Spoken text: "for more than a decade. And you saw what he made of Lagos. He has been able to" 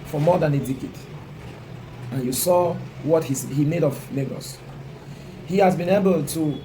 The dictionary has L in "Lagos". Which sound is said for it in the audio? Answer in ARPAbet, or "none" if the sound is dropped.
N